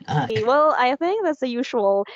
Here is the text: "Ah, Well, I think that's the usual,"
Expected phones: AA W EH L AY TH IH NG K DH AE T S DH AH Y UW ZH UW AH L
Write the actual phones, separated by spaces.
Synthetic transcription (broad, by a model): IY W EH L AY TH IH NG K DH AE T S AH Y UW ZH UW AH L